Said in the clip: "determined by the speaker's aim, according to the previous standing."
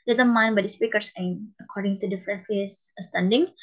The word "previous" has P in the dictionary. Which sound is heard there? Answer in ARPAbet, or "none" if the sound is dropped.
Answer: F